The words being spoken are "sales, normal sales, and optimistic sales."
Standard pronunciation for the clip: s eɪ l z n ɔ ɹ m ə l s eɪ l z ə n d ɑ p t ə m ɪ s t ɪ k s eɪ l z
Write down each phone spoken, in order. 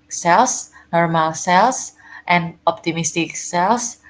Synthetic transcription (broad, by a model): s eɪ l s n ɔ ɹ m ə l s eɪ l s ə n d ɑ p t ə m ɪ s t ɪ k s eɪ l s